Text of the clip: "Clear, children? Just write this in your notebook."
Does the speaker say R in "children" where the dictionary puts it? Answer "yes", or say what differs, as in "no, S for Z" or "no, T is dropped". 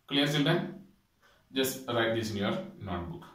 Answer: no, R is dropped